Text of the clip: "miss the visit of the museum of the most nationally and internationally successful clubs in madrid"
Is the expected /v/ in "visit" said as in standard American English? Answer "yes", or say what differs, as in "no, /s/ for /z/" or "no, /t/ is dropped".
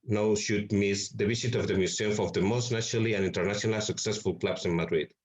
no, /b/ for /v/